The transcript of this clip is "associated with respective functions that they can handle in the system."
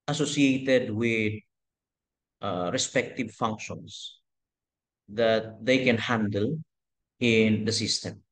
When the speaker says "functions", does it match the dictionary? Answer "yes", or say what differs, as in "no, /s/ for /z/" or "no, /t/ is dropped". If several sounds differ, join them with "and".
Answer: no, /s/ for /z/